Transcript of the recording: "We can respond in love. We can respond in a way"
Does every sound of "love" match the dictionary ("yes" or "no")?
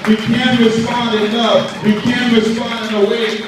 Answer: no